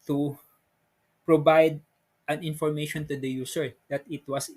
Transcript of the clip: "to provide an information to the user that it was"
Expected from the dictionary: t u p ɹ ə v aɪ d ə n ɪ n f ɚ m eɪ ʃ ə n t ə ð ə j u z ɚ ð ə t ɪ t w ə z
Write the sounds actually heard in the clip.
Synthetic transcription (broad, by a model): t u p ɹ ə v aɪ d ə n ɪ n f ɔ m eɪ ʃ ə n t ə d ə j u s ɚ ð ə t ɪ t w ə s